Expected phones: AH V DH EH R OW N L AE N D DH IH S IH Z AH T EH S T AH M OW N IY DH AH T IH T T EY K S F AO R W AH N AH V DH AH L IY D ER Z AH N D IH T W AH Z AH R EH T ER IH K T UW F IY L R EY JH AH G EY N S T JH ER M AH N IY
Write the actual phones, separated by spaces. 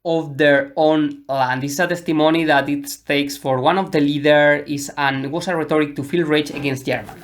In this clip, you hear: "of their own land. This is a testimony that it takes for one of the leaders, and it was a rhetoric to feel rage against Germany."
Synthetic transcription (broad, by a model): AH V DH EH R OW N L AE N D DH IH S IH S AH T EH S T AH M OW N IY DH AH T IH T T EY K S F AO R W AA N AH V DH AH L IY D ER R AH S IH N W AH S AH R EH T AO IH K T UW F IY L R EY CH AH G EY N S T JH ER M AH N